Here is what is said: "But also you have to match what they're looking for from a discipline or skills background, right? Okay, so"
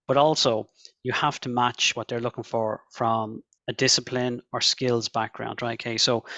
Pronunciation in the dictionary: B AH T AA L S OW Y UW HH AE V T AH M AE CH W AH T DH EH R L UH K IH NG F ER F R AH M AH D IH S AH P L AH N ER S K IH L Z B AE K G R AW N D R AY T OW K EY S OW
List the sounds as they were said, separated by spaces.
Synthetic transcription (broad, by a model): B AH T AA L S OW Y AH HH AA F T AH M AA CH W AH T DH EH R L UH K IH NG F ER F R AH M AH D IH S AH P L AH N ER S K IH L Z B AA K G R AW N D R AY T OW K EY S OW